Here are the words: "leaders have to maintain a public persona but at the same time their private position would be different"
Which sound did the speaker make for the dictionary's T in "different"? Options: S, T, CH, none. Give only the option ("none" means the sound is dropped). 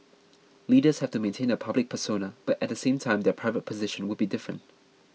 T